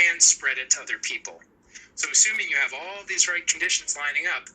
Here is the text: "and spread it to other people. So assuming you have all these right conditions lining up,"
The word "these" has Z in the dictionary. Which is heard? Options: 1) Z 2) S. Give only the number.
1